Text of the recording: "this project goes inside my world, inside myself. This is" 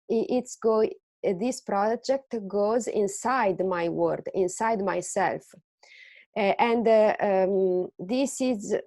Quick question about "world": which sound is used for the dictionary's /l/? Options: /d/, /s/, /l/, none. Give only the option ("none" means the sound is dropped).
none